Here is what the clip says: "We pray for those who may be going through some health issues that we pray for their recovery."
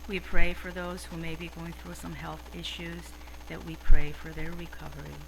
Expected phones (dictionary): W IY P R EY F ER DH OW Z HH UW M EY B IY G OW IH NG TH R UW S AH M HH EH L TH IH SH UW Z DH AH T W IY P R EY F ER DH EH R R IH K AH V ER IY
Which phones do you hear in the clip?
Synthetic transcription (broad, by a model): W IY P R EY F ER DH OW Z HH UW M EY B IY G OW IH NG TH R UW S AH M HH EH L TH IH SH UW Z DH AH T W IY P R EY F ER DH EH R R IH K AH V ER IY